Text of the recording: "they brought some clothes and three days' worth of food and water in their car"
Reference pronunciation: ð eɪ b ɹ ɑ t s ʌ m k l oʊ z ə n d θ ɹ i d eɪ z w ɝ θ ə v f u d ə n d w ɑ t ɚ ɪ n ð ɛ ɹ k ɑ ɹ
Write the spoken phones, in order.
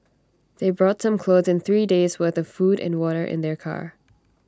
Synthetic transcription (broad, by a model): ð eɪ b ɹ ɑ t s ʌ m k l oʊ z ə n θ ɹ i d eɪ z w ɝ θ ə v f u d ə n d w ɑ t ɚ ɪ n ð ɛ ɹ k ɑ ɹ